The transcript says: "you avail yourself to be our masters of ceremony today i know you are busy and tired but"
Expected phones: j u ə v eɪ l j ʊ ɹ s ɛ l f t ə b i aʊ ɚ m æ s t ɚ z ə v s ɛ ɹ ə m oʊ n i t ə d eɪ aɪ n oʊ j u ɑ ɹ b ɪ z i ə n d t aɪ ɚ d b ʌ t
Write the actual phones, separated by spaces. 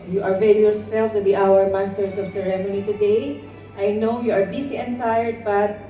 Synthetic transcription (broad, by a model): j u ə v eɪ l j ʊ ɹ s ɛ l f t ə b i aʊ ɚ m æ s t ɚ s ə v s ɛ ɹ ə m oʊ n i t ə d eɪ aɪ n oʊ j u ɑ ɹ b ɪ s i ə n t aɪ ɚ d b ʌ t